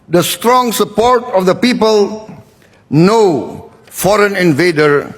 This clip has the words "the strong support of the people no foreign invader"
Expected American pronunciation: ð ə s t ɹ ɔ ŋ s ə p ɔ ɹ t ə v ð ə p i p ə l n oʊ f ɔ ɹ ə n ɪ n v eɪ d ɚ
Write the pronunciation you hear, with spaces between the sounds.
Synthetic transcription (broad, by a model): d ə s t ɹ ɔ ŋ s ə p ɔ ɹ t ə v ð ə p i p ə l n oʊ f ɔ ɹ ə n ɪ n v eɪ d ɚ